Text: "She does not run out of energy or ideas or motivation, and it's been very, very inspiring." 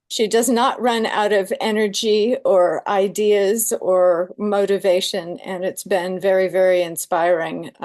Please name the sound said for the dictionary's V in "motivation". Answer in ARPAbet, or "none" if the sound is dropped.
V